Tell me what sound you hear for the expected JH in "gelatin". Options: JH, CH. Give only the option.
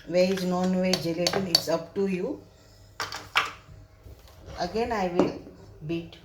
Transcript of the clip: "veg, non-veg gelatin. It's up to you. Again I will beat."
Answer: JH